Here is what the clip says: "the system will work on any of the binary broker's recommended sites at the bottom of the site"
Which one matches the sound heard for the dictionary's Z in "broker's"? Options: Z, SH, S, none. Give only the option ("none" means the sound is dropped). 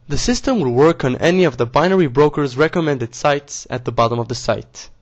Z